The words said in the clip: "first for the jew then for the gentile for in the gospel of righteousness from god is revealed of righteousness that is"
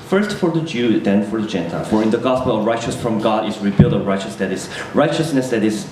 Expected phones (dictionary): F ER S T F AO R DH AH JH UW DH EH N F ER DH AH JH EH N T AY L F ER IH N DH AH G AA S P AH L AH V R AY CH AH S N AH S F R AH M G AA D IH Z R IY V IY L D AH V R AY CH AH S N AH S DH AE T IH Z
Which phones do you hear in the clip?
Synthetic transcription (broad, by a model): F ER S T F AO R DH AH JH UW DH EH N F ER DH AH JH EH N T AY L F ER IH N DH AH G AA S P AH L AH V R AY CH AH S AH S F R AH M G AA D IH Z R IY B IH L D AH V R AY CH AH S N AH S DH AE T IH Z